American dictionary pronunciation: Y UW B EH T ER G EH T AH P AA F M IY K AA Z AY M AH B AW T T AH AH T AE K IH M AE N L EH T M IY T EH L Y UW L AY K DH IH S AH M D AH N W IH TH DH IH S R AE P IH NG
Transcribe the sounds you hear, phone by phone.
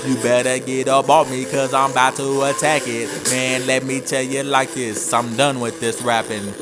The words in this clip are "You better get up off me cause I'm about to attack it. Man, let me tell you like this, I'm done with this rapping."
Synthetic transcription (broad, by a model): Y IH B EH T ER G EH T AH B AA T M IY K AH Z AY M B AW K T AH AH T AE K IH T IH N L EH T M IY T EH L Y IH L AY K DH IH S AH M D AH N W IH DH IH S R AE P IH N